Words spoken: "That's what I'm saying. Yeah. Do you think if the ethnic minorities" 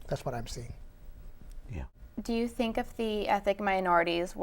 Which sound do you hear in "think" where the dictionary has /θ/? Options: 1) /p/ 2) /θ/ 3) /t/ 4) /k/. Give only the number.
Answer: 2